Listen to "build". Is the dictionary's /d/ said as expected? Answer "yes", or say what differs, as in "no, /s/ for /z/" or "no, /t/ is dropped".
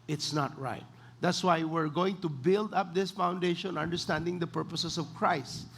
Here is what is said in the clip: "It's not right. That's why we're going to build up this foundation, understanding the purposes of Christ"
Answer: yes